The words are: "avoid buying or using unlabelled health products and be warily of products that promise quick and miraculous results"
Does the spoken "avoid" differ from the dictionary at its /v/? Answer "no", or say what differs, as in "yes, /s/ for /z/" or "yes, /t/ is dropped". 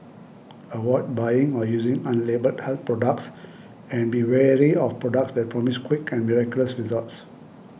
yes, /w/ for /v/